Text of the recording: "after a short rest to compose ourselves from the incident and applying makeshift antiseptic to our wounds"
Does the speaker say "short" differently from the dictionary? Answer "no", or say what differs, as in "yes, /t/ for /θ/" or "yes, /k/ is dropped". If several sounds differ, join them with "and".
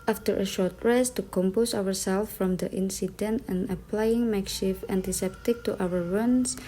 no